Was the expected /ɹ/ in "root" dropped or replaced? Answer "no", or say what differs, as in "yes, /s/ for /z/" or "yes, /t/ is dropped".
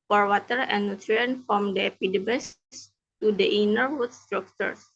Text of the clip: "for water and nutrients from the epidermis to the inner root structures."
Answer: yes, /w/ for /ɹ/